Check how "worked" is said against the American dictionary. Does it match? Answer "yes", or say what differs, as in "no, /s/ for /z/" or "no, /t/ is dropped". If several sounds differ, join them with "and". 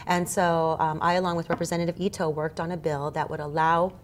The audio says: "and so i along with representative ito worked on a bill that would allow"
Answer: yes